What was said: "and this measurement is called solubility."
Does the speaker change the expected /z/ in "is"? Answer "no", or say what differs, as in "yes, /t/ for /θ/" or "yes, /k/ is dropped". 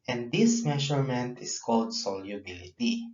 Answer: yes, /s/ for /z/